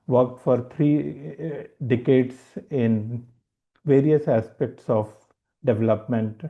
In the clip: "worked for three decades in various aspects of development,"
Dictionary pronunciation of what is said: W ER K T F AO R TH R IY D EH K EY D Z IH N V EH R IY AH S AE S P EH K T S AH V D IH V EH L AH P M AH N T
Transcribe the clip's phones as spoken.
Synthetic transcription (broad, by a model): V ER K T F AO R T R IY D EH K EY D S IH N V EH R IY AH S AE S P EH K T S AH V D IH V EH L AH P M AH N T